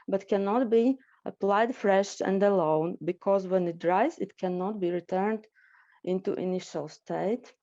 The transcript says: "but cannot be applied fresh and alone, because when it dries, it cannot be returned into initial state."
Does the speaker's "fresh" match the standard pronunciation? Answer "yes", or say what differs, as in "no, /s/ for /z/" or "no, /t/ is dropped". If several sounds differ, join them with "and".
yes